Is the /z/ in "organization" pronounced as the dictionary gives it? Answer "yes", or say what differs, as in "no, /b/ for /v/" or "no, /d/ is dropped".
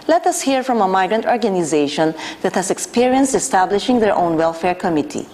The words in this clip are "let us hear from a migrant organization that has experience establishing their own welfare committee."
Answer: yes